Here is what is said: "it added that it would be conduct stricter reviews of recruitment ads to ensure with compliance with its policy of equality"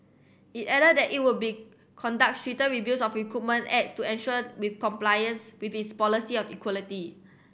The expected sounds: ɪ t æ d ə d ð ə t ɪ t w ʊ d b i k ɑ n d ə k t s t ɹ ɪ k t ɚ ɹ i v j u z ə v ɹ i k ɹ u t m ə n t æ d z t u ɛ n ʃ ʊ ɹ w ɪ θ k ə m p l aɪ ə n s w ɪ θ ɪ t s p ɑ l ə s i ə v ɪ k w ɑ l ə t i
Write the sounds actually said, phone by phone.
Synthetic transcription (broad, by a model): ɪ t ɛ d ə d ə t ɪ t w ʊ b i k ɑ n d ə k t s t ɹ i t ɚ ɹ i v j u s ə f ɹ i k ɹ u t m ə n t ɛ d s t u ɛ n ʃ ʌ w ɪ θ k ə m p l aɪ ə n s w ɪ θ ɪ t s p ɑ l ə s i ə f ɪ k w ɑ l ə t i